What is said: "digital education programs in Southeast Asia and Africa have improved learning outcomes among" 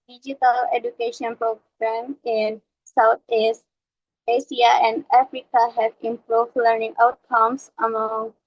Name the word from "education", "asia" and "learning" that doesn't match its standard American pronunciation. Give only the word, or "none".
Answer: asia